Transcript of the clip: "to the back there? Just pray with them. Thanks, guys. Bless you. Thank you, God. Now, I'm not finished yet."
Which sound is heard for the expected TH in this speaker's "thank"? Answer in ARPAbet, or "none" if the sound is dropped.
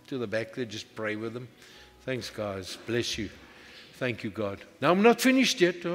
TH